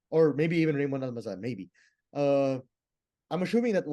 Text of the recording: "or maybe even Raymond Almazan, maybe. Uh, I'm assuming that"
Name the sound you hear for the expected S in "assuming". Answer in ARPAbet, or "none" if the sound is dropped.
SH